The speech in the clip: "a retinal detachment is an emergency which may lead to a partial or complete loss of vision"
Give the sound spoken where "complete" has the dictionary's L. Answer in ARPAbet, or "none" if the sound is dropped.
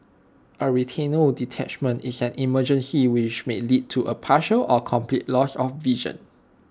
L